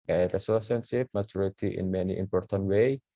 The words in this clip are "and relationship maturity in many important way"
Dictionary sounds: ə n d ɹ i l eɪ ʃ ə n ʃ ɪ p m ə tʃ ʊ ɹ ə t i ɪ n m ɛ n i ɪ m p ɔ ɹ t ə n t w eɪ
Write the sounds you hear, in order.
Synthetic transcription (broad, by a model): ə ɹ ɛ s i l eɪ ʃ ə n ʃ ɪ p m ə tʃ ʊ ɹ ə t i ɪ n m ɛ n i ɪ m p ɔ ɹ t ə n t w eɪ